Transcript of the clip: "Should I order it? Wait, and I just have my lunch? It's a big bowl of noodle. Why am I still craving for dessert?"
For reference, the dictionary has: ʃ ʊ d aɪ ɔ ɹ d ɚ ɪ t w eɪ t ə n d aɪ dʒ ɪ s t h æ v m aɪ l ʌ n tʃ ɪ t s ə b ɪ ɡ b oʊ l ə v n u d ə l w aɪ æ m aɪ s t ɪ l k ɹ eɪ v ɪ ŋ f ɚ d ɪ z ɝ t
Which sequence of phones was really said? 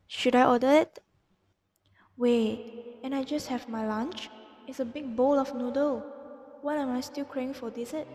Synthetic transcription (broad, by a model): ʃ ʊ d aɪ ɔ d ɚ ɪ t w eɪ ə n aɪ dʒ ɪ s t h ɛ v m aɪ l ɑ n tʃ ɪ t s ə b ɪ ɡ b oʊ l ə f n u d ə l w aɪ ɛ m aɪ s t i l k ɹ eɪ ɪ ŋ f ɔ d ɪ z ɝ t